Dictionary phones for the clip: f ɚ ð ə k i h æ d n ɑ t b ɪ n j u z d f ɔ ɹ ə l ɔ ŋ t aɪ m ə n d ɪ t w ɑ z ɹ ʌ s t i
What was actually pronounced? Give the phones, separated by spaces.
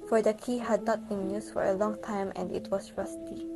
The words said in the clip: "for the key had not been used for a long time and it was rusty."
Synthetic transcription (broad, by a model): f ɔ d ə k i h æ d n ɑ t b ɪ n j u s f ɔ ɹ ə l ɔ ŋ t aɪ m ə n d ɪ t w ɑ s ɹ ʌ s t i